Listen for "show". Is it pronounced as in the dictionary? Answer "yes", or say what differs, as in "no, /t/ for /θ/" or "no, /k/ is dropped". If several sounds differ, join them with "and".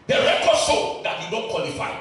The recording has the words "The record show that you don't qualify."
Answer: no, /s/ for /ʃ/